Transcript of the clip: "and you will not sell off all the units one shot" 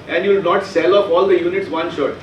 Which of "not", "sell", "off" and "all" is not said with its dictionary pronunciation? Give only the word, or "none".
off